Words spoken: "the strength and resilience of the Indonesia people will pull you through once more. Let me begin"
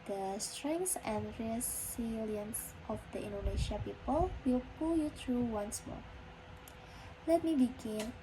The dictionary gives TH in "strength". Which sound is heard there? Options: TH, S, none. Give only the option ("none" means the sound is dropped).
S